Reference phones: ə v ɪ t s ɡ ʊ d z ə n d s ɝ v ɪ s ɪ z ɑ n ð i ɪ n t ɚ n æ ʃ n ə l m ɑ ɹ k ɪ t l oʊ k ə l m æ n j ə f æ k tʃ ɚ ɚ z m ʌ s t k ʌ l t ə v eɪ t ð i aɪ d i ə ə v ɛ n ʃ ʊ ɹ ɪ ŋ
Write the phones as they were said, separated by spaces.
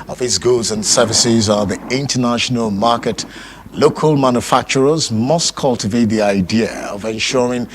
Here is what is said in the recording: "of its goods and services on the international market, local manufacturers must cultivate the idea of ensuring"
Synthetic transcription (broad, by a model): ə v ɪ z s ɡ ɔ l z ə n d s ɝ v ɪ s ɪ z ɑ ð i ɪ n t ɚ n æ ʃ n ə l m ɑ ɹ k ɪ t l oʊ k ə l m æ n j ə f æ k tʃ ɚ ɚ z m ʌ s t k ʌ l t ə v eɪ t ð i aɪ d i ə ə v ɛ n ʃ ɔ ɹ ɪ ŋ